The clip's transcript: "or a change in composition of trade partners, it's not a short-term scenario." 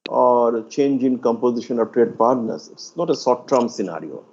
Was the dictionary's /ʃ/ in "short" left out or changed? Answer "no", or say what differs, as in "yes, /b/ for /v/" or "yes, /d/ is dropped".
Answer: yes, /s/ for /ʃ/